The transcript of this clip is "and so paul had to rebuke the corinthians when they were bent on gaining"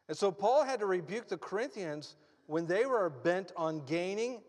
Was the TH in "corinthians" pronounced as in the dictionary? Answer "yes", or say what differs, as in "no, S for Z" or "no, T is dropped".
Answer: yes